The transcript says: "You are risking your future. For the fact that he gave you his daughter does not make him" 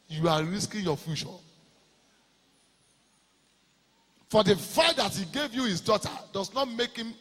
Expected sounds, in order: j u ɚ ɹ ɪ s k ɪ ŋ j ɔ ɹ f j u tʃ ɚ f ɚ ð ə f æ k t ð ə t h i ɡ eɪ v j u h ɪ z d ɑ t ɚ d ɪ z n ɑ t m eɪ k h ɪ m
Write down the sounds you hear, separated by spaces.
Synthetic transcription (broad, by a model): j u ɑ ɹ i s k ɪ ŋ j ɔ f j u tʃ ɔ f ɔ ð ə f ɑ t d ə t h i ɡ eɪ v j u h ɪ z d ɑ t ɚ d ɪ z n ɑ t m eɪ k h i m